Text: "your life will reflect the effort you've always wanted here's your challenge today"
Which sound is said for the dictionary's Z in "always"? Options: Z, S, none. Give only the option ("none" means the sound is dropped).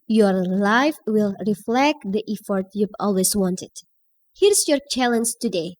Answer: S